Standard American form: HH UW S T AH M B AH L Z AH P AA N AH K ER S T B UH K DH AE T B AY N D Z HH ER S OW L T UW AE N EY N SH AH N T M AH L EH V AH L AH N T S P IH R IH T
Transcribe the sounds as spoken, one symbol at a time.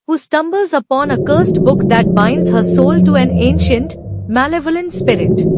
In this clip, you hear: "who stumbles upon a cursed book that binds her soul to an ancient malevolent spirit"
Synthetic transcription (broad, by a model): HH UW S T AH M B AH L Z AH P AA N AH K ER S T B UH K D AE T B AY N D Z HH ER S OW L T UW AE N EY N SH AH N T M AH L EH V AH L AH N T S P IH R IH T